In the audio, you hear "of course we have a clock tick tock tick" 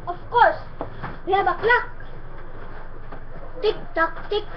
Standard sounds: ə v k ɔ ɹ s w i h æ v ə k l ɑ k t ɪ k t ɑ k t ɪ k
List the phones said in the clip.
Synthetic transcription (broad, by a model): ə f k ɔ ɹ s w i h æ b ə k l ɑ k t ɪ k t ɑ k t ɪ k